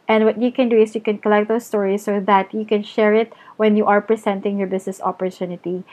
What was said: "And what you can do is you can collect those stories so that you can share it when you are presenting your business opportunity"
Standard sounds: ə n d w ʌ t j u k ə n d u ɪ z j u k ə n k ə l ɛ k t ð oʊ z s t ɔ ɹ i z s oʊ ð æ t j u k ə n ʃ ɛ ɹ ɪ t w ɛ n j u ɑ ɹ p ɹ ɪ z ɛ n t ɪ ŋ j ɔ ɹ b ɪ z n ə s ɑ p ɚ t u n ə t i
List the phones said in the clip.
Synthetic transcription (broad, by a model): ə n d w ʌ t j u k ə n d u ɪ s j u k ə n k ə l ɛ k t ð oʊ s t ɔ ɹ i s oʊ ð æ t j u k ə n ʃ ɛ ɹ ɪ t w ɛ n j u ɑ ɹ p ɹ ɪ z ɛ n t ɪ ŋ j ɔ ɹ b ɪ s n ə s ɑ p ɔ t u n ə t i